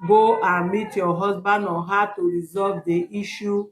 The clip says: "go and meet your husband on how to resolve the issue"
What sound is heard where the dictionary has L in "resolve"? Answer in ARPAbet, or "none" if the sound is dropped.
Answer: L